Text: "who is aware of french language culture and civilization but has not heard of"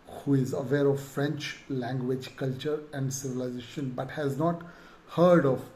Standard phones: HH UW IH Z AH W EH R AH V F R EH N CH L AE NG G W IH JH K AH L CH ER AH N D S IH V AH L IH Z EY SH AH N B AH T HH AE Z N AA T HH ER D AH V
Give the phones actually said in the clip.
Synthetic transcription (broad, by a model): HH UW IH Z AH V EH R AH V F R EH N CH L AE NG G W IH JH K AH L CH ER AH N D S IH V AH L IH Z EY SH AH N B AH T HH AE Z N AA T HH ER D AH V